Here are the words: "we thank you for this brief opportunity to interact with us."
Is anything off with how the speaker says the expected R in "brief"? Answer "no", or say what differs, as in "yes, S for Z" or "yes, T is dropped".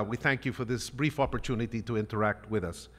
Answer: no